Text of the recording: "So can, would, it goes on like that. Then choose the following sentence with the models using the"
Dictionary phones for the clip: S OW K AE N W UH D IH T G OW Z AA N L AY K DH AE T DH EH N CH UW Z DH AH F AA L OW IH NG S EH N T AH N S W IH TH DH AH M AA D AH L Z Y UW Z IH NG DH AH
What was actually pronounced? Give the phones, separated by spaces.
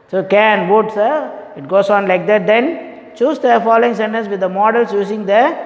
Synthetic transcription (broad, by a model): S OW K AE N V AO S IH T G OW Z AA N L AY K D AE T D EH N CH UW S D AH F AA L OW IH NG S EH N T AH N S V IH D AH M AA D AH L S Y UW S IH NG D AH